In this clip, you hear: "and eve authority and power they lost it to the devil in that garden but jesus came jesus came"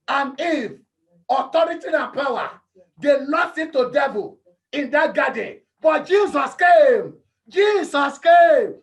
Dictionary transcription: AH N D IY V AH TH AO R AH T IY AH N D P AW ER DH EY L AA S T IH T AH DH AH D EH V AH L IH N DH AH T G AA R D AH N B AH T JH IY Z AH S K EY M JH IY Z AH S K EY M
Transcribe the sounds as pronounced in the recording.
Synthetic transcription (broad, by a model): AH N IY F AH T AO R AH T IY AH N P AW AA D EY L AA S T IH T AH D EH V AH L IH N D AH T G AA D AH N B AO T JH IY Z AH S K EY M JH IY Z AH S K EY M